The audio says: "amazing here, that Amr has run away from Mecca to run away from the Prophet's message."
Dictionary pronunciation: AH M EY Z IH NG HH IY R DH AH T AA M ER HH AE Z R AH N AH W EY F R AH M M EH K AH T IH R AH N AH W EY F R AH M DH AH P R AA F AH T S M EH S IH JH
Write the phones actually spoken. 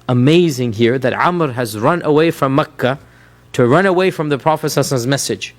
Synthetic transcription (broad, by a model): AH M EY Z IH NG HH IY R DH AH T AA M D HH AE Z R AH N AH W EY F R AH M M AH K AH T IH R AH N AH W EY F R AH M DH AH P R AA F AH S S M EH S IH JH